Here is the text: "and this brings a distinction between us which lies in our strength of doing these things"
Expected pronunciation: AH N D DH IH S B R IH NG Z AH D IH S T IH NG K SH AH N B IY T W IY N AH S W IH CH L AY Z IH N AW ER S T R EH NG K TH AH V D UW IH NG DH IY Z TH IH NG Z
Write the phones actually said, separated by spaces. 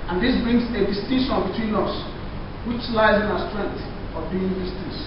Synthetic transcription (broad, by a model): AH N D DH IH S B R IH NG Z AH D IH S T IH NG SH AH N B IY T W IY N AH S W IH CH L AY Z IH N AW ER S T R EH NG K TH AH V D UW IH NG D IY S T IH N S